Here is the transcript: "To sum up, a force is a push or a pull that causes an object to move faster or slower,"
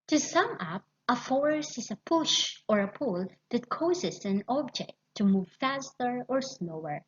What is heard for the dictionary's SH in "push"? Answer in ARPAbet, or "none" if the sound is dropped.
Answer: SH